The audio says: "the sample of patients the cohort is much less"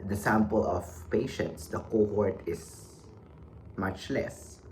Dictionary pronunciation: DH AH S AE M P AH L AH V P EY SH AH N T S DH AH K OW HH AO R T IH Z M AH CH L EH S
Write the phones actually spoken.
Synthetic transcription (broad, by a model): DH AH S AE M P AH L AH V P EY SH AH N T S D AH K OW HH AO R T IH S M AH CH L EH S